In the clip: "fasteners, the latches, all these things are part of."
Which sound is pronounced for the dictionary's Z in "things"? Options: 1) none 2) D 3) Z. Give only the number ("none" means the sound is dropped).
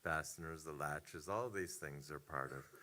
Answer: 3